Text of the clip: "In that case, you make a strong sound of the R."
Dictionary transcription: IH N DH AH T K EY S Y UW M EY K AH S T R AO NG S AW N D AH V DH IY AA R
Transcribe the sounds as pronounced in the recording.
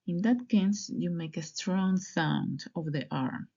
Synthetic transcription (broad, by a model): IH N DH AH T K EY S Y UW M EY K AH S T R AO NG S AW N D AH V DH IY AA R